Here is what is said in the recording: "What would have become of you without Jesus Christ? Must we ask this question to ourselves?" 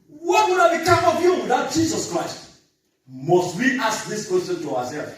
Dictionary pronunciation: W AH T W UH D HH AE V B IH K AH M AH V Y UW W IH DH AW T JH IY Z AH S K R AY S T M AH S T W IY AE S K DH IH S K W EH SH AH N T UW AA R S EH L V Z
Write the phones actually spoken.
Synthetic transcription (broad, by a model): W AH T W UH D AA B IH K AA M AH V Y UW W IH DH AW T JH IY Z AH S K R AY S T M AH S T W IY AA S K DH IH S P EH S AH N T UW AA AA S EH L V